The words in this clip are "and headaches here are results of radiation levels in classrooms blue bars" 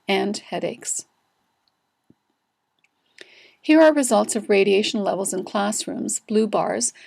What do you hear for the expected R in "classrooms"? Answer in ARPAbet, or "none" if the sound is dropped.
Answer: R